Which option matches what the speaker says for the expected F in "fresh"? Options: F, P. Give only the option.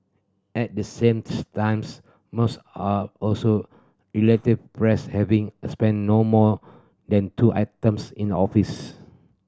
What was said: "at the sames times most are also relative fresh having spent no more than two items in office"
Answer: P